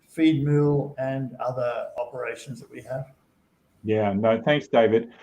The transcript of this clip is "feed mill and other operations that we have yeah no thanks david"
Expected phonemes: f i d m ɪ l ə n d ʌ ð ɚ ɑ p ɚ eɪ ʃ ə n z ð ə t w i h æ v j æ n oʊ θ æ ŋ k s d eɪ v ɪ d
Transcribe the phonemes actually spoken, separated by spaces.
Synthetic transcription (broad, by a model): f i d m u l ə n ʌ ð ɚ ɑ p ɚ eɪ ʃ ə n z ð ə t w i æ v j æ n oʊ θ æ ŋ k s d eɪ v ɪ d